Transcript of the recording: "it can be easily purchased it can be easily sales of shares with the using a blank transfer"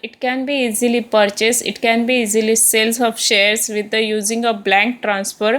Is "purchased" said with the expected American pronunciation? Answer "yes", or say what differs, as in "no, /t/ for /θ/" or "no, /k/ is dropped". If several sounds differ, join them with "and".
no, /t/ is dropped